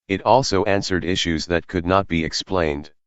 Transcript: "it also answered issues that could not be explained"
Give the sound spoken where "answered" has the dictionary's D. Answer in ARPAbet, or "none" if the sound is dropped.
D